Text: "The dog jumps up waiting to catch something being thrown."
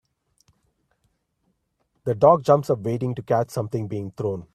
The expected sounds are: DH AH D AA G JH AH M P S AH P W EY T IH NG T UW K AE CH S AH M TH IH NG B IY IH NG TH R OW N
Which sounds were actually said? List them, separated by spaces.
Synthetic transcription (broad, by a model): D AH D AA G JH AH M P S AH P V EY T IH NG T UW K AE CH S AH M T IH NG B IY IH NG T R OW N